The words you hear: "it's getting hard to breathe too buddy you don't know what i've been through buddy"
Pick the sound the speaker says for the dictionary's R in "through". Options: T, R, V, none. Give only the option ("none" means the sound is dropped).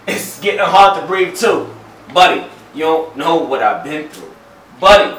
R